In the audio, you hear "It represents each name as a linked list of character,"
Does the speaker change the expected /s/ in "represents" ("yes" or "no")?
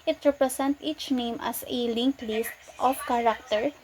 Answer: yes